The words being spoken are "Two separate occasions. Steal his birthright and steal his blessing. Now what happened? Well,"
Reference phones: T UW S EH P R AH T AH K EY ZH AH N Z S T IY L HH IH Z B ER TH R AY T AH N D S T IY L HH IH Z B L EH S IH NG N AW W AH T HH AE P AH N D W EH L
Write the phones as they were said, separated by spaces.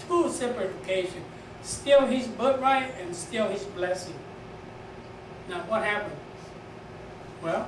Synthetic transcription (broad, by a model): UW S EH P L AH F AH K EY SH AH N S T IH L HH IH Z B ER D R AY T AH N S T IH L HH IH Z B L EH S IH NG N AW W AH T HH AE P AH N D W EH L